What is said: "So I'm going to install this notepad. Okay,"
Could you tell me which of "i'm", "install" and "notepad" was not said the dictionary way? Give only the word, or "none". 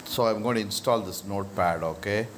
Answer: none